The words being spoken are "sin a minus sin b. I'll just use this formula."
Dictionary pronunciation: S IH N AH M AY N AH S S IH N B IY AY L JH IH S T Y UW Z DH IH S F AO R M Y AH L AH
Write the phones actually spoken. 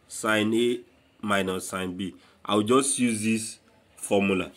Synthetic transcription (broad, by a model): S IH N AH M AY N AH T S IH N B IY AY W JH IH S T Y UW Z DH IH S F AO M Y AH L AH